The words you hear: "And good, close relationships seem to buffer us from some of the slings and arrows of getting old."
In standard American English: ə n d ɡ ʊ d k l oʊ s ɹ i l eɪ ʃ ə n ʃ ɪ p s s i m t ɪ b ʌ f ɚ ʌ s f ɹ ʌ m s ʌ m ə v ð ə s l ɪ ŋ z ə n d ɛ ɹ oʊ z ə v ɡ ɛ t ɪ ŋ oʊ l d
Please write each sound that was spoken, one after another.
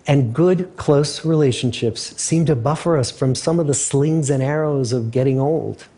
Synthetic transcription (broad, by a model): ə n ɡ ʊ d k l oʊ s ɹ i l eɪ ʃ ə n ʃ ɪ p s s i m t ɪ b ʌ f ɚ ʌ s f ɹ ʌ m s ʌ m ə v ð ə s l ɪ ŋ z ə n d ɛ ɹ oʊ z ə v ɡ ɛ t ɪ ŋ oʊ l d